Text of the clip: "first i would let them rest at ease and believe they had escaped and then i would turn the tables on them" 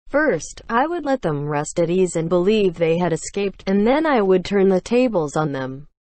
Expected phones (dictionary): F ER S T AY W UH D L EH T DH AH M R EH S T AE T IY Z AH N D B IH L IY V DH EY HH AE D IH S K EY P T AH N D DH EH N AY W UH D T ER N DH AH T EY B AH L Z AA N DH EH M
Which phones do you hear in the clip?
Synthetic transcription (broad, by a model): F ER S T AY W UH D L EH T DH AH M R EH S T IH T IY Z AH N B IH L IY V DH EY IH D IH S K EY P T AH N DH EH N AY W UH D T ER N DH AH T EY B AH L Z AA N DH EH M